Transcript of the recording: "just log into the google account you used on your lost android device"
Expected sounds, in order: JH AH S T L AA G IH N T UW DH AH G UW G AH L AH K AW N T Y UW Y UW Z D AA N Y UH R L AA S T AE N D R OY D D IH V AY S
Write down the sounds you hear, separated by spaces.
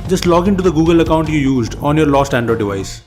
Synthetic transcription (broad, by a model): JH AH S T L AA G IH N T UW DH AH G UW G AH L AH K AW N T Y UW Y UW Z D AA N Y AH R L AA S T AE N D OY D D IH V AY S